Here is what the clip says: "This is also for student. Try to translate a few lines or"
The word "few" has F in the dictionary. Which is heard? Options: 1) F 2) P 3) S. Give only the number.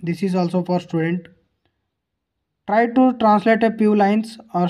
2